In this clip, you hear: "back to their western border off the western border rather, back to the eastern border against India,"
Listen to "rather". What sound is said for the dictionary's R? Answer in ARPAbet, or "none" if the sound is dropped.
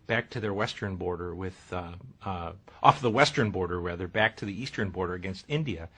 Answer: W